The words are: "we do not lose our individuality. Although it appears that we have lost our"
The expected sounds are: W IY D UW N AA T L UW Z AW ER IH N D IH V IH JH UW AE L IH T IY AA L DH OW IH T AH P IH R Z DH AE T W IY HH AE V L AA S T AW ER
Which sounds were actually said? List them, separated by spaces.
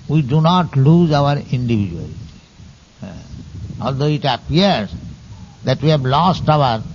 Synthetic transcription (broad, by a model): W IY D UW N AA T L UW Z AW ER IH N D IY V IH JH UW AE L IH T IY AA L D OW IH T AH P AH R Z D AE T W IY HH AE B L AA S T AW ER